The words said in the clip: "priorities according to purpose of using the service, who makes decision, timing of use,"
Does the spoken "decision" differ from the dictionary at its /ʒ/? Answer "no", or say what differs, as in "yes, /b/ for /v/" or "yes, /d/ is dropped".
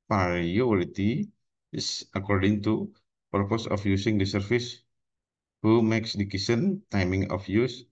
yes, /s/ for /ʒ/